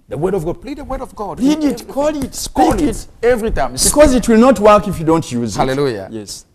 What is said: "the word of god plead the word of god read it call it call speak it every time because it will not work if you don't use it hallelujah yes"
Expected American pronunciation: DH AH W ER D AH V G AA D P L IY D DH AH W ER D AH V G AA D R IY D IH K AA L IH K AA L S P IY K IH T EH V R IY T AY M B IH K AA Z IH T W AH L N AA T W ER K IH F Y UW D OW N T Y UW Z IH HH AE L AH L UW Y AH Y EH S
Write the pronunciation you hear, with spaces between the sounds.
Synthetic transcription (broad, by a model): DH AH W ER D AH V G AA D P L IY D DH AH W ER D AH V G AA D L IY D IH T K AA L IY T IH T EH V R IY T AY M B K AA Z IH T W AH L N AA T W ER K IH F Y UW D OW N T Y UW Z IH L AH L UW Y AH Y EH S